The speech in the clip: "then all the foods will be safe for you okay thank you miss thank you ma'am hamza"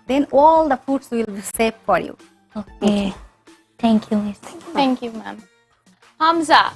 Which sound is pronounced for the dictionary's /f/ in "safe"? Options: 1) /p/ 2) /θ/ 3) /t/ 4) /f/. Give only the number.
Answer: 1